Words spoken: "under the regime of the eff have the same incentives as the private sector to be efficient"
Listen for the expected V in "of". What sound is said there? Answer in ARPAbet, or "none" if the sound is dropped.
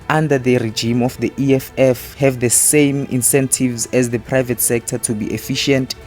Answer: F